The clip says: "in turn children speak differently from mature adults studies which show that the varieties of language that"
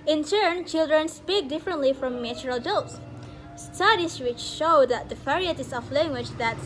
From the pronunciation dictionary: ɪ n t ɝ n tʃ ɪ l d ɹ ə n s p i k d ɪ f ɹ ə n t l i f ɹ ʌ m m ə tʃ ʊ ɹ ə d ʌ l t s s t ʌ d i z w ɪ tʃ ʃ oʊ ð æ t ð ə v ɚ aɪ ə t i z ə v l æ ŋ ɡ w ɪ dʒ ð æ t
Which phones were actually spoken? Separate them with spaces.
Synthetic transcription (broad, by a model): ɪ n t ɝ n tʃ ɪ l d ɹ ə n s p i k d ɪ f ɹ ə n t l i f ɹ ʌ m m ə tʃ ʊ ɹ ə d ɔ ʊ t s s t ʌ d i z w ɪ tʃ ʃ oʊ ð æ t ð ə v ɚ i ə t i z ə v l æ ŋ ɡ w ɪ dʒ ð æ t